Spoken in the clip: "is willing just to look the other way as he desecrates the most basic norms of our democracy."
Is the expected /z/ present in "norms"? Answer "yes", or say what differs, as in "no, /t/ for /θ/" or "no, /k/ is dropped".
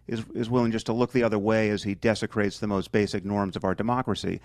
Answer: yes